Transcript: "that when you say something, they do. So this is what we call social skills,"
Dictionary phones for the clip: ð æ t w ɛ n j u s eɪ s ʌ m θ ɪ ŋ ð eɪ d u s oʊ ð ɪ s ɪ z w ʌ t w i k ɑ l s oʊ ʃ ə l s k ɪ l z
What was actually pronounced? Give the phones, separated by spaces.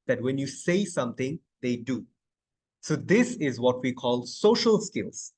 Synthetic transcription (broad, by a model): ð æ t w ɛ n j u s eɪ s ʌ m t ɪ ŋ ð eɪ d u s oʊ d ɪ s ɪ z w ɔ t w i k ɑ l s oʊ ʃ ə l s k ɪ l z